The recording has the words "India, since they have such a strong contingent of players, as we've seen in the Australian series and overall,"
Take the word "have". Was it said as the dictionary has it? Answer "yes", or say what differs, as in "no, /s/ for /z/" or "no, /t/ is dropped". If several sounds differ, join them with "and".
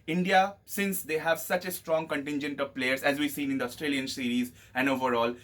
yes